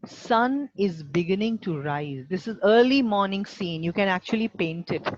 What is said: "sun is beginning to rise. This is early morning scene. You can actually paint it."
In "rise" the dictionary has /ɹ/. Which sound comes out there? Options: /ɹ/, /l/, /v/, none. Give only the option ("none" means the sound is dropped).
/ɹ/